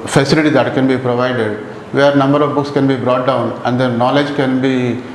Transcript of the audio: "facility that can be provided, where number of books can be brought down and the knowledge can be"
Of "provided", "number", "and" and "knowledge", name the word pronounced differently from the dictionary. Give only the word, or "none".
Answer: none